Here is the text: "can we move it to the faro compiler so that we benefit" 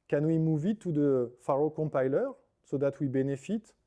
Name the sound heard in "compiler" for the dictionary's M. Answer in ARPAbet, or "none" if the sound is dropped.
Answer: none